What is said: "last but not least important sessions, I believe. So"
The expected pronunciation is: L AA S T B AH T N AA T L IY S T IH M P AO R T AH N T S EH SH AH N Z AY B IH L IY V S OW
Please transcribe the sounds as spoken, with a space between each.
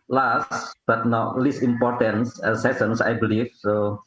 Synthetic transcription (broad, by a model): L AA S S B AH T N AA L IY S IH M P AO R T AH N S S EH S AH N S AY B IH L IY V S OW